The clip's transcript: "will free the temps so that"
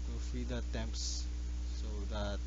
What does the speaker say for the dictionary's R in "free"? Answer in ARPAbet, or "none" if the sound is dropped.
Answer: none